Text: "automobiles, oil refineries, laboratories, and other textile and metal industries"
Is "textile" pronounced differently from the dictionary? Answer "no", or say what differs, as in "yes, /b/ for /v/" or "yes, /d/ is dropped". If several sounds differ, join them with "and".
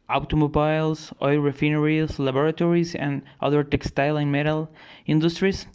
no